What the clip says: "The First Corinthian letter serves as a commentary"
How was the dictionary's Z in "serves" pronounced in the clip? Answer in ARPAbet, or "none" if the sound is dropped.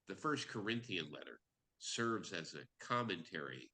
Z